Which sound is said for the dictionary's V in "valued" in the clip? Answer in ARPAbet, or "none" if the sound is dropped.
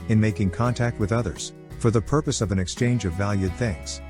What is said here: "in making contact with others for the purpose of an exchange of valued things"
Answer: V